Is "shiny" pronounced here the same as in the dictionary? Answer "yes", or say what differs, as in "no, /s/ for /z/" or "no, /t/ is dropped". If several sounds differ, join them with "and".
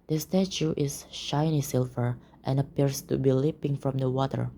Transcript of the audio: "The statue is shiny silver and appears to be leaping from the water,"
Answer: yes